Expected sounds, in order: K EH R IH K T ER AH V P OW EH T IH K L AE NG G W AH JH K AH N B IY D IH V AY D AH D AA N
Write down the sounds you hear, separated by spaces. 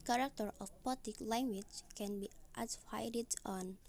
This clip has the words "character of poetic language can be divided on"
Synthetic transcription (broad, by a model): K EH R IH K T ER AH F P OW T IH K L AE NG G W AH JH K AH N B IY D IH F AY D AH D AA N